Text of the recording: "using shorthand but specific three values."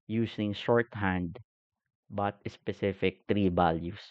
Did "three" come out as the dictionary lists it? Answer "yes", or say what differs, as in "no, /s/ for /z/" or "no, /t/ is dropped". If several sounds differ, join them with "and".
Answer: no, /t/ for /θ/